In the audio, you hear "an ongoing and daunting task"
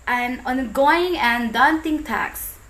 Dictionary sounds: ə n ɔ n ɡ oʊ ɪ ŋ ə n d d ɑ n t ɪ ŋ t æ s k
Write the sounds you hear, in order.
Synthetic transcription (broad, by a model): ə n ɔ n ɡ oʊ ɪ ŋ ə n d d ɑ n t ɪ ŋ t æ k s